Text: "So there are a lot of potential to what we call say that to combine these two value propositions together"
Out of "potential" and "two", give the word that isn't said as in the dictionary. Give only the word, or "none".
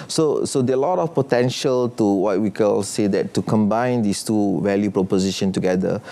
none